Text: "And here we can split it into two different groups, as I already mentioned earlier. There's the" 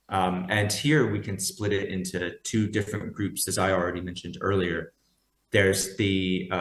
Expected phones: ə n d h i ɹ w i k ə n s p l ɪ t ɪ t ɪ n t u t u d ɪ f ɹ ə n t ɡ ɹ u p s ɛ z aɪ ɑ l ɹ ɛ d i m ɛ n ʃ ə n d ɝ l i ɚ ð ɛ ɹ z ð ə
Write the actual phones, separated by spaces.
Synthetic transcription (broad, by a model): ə n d h i ɹ w i k ə n s p l ɪ t ɪ t ɪ n t u t u d ɪ f ɹ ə n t ɡ ɹ u p s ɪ z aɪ ɑ l ɹ ɛ d i m ɛ n ʃ ə n d ɝ l i ɚ ð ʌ ɹ z ð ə